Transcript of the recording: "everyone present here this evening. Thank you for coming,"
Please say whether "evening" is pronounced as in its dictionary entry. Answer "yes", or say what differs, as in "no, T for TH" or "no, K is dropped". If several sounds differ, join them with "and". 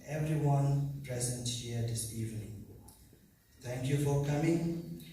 yes